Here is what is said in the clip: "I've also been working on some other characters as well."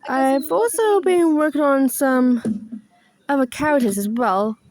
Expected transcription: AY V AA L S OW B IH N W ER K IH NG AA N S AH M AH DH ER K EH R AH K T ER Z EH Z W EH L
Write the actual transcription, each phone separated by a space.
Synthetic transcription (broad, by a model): AY V AA L S OW B IH N W ER K IH NG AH N S AH M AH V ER K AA AH T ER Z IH Z W EH L